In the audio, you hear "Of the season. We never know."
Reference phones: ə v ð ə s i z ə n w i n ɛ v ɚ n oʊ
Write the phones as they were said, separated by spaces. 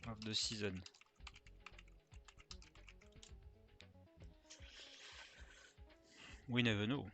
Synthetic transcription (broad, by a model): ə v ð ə s i z ə n w i n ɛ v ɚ n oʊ